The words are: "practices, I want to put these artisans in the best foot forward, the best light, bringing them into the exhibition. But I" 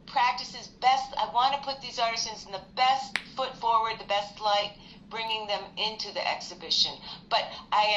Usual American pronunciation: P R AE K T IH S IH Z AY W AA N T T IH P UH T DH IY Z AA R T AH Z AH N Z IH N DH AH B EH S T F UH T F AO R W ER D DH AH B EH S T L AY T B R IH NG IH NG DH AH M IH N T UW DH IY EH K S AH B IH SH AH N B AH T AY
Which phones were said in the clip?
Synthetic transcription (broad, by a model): P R AE K T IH S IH Z AY W AA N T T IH P UH T DH IY Z AA R T AH Z AH N Z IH N DH AH B EH S T F UH T F AO R W ER D DH AH B EH S T L AY T B R IH NG IH NG DH AH M IH N T UW DH IY EH K S AH B IH SH AH N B AH T AY